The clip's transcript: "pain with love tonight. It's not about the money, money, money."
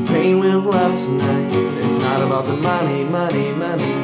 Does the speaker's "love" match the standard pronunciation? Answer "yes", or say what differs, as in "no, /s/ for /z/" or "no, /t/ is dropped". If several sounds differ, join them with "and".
no, /f/ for /v/